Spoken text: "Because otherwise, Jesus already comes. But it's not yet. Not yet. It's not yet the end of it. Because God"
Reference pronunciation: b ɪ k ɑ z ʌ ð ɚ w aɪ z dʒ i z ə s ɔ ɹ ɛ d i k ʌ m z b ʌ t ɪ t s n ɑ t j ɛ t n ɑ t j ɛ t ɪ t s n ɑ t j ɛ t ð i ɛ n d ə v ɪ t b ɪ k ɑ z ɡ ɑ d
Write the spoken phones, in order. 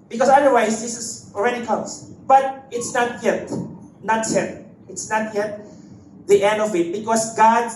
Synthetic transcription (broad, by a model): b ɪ k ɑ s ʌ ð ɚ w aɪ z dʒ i s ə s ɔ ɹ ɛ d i k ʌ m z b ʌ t ɪ t s n ɑ t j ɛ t n ɑ t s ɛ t ɪ t s n ɑ t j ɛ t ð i ɛ n d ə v ɪ t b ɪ k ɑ s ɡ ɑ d